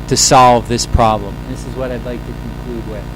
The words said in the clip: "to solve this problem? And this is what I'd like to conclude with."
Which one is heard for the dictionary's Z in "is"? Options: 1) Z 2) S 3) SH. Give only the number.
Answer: 1